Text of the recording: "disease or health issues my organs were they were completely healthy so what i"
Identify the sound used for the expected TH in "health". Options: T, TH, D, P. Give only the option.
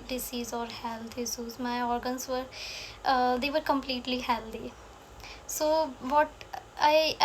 T